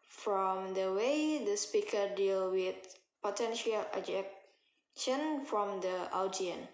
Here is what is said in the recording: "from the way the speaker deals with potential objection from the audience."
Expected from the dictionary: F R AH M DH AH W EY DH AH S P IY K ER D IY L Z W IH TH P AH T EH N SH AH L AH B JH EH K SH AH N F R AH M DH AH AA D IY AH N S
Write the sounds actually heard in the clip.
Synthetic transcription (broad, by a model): F R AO M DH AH W EY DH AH S P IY K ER D IY L W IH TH P AH T EH N SH AH L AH JH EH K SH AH N F R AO M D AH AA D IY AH N